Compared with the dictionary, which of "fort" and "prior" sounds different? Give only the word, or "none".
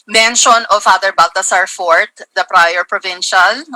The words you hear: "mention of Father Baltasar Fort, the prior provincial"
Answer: none